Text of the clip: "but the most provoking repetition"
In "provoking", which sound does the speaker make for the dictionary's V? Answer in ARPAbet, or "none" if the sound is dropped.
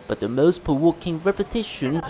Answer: W